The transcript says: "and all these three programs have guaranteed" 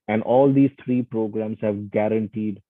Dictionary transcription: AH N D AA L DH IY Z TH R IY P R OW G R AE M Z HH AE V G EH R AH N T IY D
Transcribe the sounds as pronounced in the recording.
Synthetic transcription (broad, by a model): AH N D AA L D IY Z T R IY P R OW G R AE M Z HH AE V G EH R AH N T IY D